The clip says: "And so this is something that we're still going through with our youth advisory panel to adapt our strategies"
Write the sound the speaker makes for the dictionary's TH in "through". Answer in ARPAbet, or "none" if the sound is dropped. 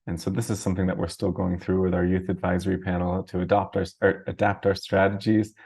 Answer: TH